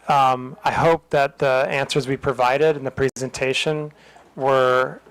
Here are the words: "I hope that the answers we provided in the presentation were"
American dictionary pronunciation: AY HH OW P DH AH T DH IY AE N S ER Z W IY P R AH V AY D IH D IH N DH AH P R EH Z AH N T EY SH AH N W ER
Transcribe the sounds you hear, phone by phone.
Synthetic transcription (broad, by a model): AY HH OW P DH AH T DH IY AE N S ER Z W IY P R AH V AY D IH D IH N DH AH P R EH Z AH N T EY SH AH N W ER